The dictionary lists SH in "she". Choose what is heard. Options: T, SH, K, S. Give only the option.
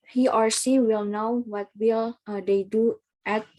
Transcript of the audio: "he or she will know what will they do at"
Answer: S